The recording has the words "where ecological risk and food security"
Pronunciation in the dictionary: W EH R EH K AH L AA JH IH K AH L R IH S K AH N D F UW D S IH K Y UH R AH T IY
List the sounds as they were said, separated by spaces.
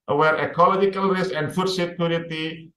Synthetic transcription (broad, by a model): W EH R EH K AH L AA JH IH K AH L R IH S AH N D F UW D S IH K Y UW R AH T IY